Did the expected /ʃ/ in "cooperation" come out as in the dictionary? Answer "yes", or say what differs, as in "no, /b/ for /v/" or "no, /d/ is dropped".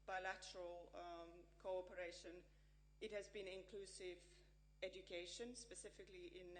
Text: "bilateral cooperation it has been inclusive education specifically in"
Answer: yes